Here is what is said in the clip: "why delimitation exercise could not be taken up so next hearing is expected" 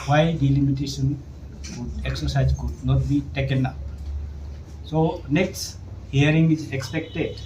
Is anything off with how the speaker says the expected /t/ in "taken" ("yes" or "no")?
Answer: no